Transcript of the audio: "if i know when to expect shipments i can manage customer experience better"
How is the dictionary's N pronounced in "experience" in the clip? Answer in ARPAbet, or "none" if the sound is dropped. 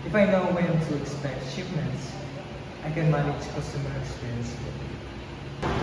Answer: N